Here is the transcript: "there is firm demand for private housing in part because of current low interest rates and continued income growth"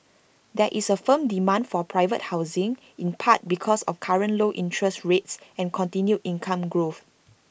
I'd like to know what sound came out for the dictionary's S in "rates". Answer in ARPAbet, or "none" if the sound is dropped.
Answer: S